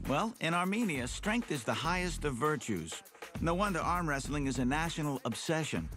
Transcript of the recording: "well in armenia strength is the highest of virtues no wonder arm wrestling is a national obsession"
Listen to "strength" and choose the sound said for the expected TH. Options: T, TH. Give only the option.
TH